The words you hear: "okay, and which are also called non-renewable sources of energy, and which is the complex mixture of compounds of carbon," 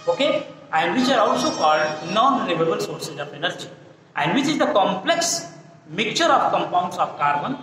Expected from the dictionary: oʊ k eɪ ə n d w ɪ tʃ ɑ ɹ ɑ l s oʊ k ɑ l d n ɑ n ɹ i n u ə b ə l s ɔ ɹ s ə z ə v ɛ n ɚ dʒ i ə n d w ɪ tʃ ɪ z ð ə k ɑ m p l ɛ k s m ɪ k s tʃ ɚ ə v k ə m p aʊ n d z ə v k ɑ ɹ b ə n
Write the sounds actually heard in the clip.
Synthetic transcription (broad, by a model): oʊ k eɪ ə n d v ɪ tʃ ɑ ɹ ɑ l s oʊ k ɑ l d n ɑ n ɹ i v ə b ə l s ɔ ɹ s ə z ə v ɛ n ɚ dʒ i ə n d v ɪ tʃ ɪ z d ə k ɑ m p l ɛ k s m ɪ k tʃ ɚ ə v k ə m p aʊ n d s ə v k ɑ ɹ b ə n